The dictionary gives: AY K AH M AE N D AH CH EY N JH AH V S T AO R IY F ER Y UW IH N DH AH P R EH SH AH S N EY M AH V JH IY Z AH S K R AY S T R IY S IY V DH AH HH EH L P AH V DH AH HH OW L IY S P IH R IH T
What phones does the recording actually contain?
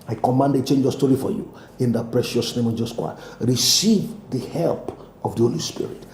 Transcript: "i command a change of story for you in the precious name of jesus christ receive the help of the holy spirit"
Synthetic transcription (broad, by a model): AY K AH M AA N D AH CH EY N JH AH S T AO R IY F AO Y UW IH N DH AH P R EH SH AH S N EY M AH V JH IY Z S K W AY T R IY S IY V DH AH HH EH L P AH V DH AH HH OW L IY S P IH R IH T